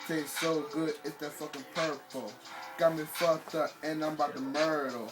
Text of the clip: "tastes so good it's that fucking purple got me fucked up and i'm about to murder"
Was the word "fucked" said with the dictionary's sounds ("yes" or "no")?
no